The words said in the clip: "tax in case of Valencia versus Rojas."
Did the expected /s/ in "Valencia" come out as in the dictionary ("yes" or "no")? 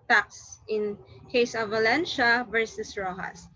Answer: no